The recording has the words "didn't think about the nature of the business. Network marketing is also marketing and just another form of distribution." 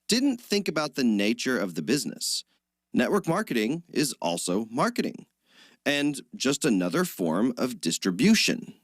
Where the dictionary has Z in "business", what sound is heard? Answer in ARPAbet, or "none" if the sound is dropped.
Z